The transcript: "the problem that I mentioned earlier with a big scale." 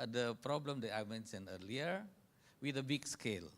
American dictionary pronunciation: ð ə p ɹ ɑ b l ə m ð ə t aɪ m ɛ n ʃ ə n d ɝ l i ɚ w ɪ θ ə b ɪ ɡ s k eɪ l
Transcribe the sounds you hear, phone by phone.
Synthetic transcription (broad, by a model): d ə p ɹ ɑ b l ə m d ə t aɪ m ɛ n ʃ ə n ɝ l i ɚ w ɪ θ ə b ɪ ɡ s k eɪ l